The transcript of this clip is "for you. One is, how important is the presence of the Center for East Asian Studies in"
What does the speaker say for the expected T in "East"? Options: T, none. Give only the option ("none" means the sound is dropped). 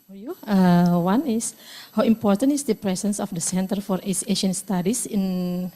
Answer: none